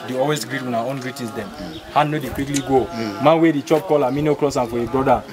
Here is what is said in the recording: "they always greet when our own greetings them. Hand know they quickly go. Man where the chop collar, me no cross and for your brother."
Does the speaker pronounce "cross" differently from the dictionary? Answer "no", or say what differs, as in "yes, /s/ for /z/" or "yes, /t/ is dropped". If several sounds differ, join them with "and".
yes, /l/ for /ɹ/